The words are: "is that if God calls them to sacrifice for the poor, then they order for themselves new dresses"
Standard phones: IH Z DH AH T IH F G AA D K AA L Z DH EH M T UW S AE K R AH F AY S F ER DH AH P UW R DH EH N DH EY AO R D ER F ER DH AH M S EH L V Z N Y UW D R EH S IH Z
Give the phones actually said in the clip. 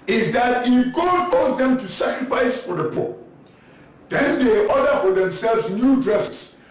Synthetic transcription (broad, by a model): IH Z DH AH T IH F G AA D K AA Z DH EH M T UW S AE K R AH F AY S F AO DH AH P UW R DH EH N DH EY AO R D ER F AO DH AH M S EH L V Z N Y UW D R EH S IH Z